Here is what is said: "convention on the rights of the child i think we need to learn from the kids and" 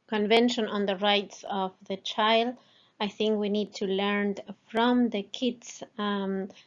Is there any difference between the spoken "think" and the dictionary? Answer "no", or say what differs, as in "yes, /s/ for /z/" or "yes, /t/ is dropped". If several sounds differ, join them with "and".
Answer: no